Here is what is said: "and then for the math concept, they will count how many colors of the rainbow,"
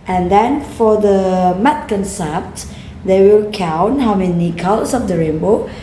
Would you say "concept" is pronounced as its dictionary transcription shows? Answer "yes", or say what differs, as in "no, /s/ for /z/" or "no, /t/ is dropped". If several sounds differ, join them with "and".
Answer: yes